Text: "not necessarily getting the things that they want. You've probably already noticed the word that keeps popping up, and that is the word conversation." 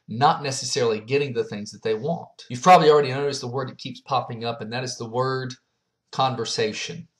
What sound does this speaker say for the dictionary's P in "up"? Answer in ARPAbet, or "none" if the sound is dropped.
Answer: P